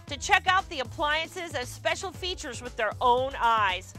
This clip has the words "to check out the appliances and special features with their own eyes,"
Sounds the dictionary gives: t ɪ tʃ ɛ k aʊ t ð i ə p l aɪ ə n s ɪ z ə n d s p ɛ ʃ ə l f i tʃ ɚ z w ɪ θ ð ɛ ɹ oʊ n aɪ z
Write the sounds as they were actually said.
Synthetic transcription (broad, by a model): t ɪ tʃ ɛ k aʊ t ð i ə p l aɪ ə n s ɪ z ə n s p ɛ ʃ l f i tʃ ɚ z w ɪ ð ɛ ɹ oʊ n aɪ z